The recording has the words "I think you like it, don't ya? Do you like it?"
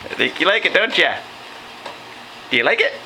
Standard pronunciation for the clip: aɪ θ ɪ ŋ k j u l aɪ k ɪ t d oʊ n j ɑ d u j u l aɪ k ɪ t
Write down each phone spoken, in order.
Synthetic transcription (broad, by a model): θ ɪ k j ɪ l aɪ k ɪ t d oʊ n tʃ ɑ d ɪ j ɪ l aɪ k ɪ t